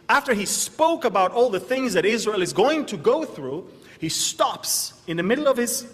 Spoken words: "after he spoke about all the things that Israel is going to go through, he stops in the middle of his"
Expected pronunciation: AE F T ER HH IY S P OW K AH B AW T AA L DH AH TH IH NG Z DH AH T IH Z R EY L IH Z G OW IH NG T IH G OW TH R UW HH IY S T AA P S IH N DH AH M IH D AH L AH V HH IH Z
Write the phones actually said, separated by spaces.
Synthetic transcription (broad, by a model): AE F T ER IY S P OW K AH B AW T AA L DH AH TH IH NG Z DH AH T IH Z R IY L IH Z G OW IH NG T IH G OW TH R UW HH IY S T AA P S IH N DH AH M IH D L AH V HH IH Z